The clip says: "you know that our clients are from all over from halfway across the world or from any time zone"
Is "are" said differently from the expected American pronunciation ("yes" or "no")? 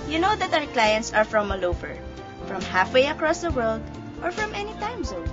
no